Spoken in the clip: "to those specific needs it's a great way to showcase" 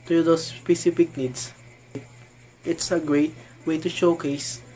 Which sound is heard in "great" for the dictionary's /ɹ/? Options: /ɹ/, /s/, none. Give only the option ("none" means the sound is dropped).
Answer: /ɹ/